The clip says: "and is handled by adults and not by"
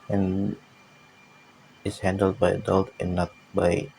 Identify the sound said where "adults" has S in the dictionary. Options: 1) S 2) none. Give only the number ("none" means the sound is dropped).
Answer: 2